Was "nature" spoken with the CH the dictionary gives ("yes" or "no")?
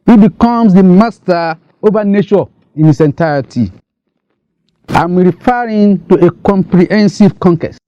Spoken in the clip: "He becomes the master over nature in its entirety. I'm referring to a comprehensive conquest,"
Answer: no